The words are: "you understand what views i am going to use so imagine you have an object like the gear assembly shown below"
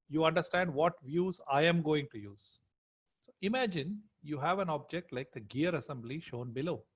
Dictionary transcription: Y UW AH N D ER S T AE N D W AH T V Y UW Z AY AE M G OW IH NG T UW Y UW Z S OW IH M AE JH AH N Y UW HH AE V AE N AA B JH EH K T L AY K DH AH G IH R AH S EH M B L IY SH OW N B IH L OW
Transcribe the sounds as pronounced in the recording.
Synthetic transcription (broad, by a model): Y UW AH N D ER S T AE N D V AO T V Y UW Z AY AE M G OW IH NG T UW Y UW Z S OW IH M AE JH AH N Y UW HH AE V AE N AA B JH EH K T L AY K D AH G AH R AH S EH M B L IY SH OW N B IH L OW